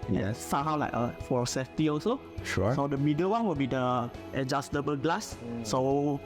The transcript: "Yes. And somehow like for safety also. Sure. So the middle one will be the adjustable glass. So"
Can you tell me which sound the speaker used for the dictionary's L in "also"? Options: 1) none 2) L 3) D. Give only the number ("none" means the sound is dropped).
1